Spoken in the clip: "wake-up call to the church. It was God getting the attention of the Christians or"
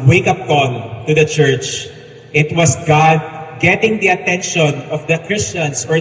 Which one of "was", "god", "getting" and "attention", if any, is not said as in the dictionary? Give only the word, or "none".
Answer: was